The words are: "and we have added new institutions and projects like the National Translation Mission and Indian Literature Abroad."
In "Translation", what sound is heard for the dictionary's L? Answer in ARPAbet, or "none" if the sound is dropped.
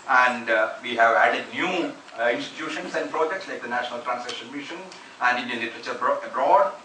none